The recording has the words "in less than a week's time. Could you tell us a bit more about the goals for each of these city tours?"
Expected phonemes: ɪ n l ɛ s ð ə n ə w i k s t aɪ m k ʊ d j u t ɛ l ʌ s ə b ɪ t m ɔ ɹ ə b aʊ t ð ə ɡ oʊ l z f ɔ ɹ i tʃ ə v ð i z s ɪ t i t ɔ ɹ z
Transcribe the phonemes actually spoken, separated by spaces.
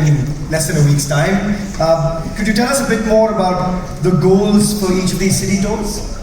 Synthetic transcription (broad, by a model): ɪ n l ɛ s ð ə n ə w i k s t aɪ m k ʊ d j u t ɛ l ʌ s ə b ɪ t m ɔ ɹ ə b aʊ t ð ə ɡ oʊ l z f ɔ ɹ i tʃ ə v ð i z s ɪ t i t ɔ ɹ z